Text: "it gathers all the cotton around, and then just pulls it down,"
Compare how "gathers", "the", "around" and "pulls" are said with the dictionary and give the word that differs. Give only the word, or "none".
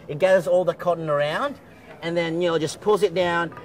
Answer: none